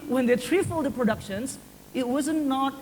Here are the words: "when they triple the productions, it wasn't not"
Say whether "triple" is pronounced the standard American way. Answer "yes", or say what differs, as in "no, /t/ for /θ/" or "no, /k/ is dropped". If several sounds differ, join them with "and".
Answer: no, /f/ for /p/